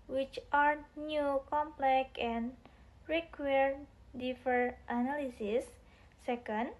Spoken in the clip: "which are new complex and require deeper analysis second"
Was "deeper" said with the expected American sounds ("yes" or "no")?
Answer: no